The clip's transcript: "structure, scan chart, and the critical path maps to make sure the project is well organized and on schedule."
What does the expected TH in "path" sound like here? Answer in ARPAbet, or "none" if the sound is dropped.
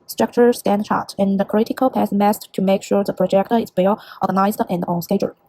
S